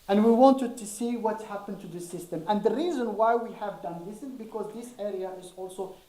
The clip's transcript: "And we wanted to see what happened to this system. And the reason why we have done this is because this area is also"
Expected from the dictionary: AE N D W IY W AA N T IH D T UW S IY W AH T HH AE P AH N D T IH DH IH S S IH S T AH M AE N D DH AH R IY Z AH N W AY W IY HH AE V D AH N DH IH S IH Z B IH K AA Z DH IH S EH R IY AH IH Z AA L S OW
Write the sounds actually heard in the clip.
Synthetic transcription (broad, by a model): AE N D W IY W AA N T IH D T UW S IY W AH T HH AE P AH N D T IH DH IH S S IH S T AH M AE N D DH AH R IY Z AH N W AY W IY HH AE V D AH N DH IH S IH Z B IH K AA Z DH IH S EH R IY AH IH Z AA L S OW